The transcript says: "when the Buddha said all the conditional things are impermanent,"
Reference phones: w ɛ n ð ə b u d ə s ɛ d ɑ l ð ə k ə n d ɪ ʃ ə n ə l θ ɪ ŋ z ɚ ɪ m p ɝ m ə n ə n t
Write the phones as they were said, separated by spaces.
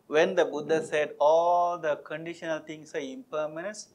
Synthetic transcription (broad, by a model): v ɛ n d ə b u d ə s ɛ d ɑ l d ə k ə n d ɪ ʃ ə n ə l t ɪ ŋ s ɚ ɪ m p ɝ m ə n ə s